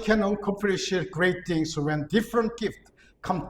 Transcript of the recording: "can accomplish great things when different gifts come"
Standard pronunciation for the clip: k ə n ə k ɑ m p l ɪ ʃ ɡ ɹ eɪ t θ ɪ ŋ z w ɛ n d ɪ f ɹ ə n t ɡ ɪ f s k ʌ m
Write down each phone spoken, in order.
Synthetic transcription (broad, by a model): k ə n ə k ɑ p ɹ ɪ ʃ ɡ ɹ eɪ t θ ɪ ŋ s w ɛ n d ɪ f ɹ ə n t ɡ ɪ f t k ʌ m